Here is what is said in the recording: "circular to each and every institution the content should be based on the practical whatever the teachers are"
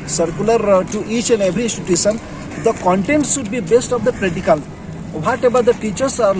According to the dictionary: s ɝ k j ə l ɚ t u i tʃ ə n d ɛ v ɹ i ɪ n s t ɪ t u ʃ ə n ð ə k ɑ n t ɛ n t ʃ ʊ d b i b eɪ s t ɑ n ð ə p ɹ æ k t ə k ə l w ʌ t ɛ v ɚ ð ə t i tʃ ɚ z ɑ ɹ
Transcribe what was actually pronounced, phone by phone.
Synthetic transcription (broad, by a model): s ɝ k j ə l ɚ t u i tʃ ə n d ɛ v ɹ i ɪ n s t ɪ t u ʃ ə n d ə k ɑ n t ɛ n t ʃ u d b i b eɪ s t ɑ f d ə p ɹ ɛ t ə k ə l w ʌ t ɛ b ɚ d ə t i tʃ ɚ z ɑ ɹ